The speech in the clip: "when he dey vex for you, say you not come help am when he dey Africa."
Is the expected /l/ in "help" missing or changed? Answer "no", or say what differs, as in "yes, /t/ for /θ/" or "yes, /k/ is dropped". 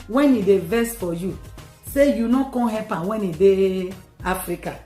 yes, /l/ is dropped